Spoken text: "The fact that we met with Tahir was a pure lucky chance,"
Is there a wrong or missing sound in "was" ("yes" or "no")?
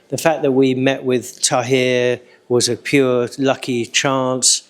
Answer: no